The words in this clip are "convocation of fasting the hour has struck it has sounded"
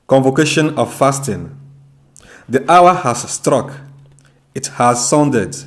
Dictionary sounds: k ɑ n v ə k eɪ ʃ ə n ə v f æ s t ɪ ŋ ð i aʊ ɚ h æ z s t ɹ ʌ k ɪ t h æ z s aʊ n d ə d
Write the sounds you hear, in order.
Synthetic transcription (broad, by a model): k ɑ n v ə k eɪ ʃ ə n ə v f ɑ s t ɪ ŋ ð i aʊ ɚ h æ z s t ɹ ʌ k ɪ t h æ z s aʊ n d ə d